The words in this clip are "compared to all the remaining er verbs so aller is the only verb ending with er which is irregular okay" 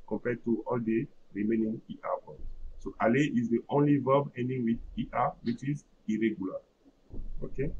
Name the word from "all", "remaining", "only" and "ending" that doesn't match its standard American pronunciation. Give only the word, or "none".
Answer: none